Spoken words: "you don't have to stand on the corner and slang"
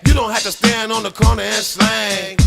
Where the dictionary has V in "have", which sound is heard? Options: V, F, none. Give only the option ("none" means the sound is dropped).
F